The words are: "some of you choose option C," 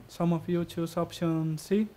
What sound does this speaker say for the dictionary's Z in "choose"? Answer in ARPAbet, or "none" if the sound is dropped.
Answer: S